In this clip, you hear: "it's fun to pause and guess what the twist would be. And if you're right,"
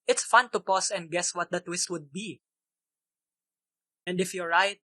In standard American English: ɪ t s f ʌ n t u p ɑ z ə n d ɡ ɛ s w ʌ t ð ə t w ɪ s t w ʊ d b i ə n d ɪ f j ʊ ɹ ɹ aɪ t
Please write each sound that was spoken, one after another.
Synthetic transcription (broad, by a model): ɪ t s f ʌ n t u p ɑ s ə n d ɡ ɛ s w ʌ t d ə t w ɪ s t w ʊ d b i ə n d ɪ f j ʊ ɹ ɹ aɪ t